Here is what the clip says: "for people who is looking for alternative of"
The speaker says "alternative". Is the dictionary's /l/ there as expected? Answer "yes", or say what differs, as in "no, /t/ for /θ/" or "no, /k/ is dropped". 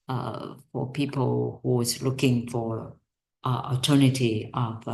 no, /l/ is dropped